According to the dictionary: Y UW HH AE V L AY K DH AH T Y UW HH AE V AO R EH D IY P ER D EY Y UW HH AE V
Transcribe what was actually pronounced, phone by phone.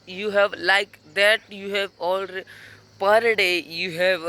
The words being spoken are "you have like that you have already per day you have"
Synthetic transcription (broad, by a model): Y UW HH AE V L AY K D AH T Y UW HH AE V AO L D P ER D EY Y UW HH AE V